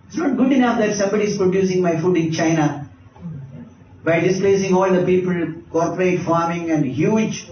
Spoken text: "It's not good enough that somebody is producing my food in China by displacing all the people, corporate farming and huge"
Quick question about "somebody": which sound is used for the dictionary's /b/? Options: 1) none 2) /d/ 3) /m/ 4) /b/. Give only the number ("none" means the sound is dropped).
4